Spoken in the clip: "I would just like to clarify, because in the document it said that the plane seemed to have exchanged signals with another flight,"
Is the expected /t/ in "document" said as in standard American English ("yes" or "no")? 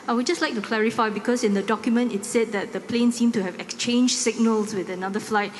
yes